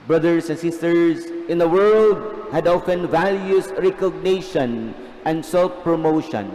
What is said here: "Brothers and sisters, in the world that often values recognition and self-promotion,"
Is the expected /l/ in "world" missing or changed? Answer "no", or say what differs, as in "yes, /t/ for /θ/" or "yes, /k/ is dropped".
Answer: no